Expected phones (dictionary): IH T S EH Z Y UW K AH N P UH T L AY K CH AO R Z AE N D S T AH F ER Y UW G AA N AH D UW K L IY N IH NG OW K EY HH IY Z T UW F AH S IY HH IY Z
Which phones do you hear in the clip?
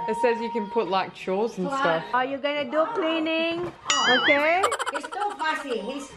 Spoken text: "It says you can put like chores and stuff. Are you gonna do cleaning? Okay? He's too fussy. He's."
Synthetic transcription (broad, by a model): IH T S EH Z Y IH K AH N P UH T L AY K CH AO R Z N S T AH F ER Y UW G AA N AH D UW K L IY N IH NG OW K EY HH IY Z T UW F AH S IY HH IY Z